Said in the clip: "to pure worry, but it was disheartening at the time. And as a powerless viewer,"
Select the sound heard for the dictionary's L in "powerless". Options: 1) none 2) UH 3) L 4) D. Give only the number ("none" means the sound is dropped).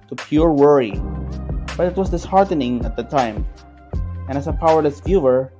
1